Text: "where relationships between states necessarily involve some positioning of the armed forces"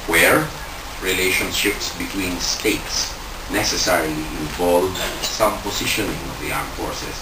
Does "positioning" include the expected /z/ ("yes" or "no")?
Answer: no